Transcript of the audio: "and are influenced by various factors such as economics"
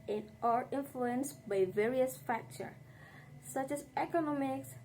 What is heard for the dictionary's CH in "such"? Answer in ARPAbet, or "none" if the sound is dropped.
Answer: CH